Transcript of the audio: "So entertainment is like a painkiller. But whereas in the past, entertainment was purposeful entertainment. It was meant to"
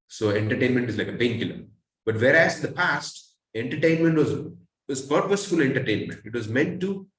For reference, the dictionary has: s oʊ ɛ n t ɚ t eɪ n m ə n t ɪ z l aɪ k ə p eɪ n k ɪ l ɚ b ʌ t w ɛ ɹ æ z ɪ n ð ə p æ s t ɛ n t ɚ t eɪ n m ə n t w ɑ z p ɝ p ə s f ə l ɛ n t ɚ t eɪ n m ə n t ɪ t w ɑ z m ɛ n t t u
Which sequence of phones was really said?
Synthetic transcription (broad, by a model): s oʊ ɛ n t ɚ t eɪ n m ə n t ɪ z l aɪ k ə b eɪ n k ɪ l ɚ b ʌ t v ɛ ɹ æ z ɪ n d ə p æ s t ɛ n t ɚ t eɪ n m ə n t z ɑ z p ɝ p ə s f ə l ɛ n t ɚ t eɪ n m ə n t ɪ t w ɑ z m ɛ n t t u